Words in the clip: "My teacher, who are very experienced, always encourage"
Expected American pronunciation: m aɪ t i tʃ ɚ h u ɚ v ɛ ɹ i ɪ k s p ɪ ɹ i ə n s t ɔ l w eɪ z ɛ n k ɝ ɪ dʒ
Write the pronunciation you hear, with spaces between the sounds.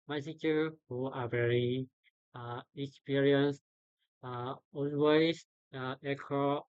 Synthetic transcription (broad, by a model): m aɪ s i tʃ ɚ h u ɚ v ɛ ɹ i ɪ k s p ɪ ɹ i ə n s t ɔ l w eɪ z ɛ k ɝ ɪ